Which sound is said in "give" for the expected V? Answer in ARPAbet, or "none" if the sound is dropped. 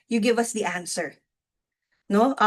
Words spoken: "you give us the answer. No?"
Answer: V